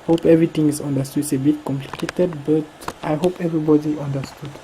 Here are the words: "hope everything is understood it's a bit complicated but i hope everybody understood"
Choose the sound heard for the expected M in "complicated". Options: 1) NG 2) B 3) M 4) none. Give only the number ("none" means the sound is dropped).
3